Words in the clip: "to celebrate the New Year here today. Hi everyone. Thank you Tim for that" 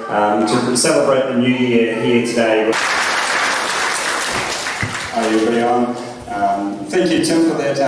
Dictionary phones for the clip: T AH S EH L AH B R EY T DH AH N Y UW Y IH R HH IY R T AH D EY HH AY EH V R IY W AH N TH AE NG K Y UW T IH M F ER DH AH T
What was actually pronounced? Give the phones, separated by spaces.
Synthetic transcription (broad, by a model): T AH S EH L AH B R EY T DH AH N Y UW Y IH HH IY T AH D EY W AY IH B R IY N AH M TH AE NG K Y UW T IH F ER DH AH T